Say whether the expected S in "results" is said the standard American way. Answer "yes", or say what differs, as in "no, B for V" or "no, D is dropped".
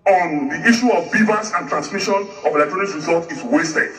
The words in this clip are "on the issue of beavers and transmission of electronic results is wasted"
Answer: no, S is dropped